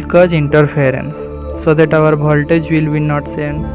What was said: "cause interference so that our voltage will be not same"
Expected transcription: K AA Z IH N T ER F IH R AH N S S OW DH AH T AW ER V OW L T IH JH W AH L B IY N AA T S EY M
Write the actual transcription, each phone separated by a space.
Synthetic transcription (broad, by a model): K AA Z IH N T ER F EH R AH N S S OW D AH T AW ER B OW L T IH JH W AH L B IY N AA T S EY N